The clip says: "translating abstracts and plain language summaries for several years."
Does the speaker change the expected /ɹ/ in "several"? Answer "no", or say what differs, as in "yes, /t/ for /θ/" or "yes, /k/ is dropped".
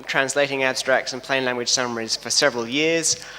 no